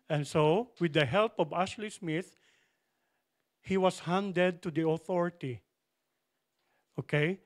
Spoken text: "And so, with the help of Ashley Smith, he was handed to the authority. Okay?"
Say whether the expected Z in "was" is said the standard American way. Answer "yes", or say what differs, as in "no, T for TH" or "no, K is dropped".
no, S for Z